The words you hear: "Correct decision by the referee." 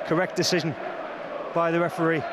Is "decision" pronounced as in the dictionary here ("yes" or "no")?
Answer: yes